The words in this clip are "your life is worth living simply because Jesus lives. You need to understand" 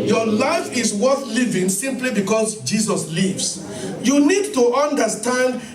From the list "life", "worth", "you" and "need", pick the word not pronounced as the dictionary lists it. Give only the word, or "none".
none